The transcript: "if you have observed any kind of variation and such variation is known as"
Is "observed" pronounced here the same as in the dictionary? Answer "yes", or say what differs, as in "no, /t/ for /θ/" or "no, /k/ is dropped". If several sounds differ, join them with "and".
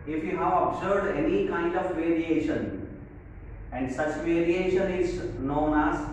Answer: no, /v/ is dropped